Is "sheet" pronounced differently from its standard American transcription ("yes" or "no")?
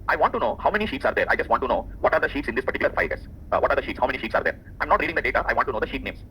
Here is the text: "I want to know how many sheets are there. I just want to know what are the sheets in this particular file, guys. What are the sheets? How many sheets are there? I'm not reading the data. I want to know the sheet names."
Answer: no